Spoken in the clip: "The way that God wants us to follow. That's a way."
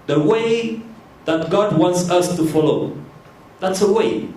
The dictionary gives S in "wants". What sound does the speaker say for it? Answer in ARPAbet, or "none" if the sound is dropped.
S